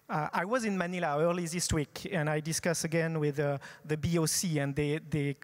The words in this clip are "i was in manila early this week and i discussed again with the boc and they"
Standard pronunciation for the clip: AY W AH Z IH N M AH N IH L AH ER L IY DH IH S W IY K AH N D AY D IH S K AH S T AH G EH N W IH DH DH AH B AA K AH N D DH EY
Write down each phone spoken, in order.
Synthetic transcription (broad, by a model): AY W AH Z IH N M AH N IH L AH ER L IY DH IH S W IY K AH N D AY D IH S K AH S AH G EH N W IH DH DH AH B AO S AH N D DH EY